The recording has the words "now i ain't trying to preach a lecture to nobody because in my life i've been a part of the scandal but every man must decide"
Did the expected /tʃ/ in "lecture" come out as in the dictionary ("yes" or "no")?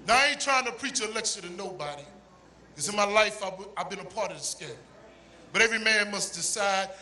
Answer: no